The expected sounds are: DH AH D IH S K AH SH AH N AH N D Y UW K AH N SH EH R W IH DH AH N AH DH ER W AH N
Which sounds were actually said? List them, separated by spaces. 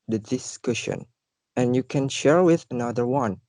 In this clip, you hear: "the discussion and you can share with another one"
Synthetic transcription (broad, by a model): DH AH D IH S K AH SH AH N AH N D Y UW K AH N SH EH R W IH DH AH N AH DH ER W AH N